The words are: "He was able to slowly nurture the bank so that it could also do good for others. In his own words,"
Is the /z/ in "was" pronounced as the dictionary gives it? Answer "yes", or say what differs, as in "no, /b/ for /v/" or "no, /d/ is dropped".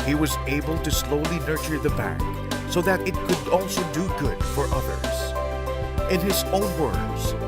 yes